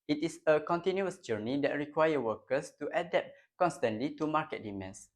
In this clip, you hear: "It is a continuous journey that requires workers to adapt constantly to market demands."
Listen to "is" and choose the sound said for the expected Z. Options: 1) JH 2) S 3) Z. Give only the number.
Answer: 2